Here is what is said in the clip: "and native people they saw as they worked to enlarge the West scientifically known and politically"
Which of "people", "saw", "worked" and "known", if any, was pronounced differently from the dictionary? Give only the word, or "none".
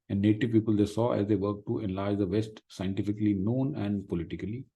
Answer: worked